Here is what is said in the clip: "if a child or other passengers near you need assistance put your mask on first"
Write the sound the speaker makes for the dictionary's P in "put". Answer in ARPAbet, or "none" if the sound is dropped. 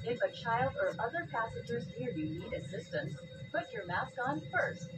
B